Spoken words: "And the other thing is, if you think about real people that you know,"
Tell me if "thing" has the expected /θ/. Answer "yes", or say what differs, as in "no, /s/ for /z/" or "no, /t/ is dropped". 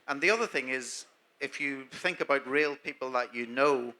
yes